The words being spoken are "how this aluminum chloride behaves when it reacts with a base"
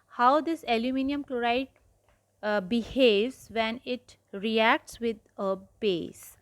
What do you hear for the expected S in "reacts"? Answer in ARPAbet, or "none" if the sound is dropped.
S